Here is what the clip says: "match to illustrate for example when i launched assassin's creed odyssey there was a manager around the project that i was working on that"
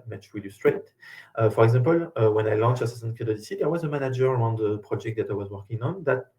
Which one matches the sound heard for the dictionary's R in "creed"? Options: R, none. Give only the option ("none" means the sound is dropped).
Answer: none